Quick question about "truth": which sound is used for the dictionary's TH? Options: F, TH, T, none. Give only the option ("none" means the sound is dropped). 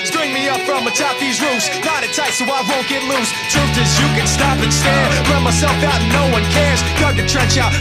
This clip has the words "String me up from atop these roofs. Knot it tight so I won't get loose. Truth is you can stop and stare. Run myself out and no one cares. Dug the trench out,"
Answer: T